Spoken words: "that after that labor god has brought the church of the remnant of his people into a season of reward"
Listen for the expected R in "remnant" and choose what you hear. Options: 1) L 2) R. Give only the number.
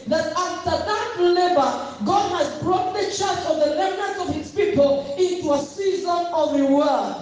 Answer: 1